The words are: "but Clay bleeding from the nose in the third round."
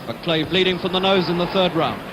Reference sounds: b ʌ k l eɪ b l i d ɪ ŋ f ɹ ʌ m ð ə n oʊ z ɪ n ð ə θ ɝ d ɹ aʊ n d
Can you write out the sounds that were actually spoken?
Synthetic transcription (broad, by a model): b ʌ k l eɪ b l i d ɪ ŋ f ɹ ʌ m ð ə n oʊ z ɪ n ð ə θ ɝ d ɹ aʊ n